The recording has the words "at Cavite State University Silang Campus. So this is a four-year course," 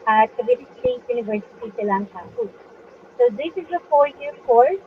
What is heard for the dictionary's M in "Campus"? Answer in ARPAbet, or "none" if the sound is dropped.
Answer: none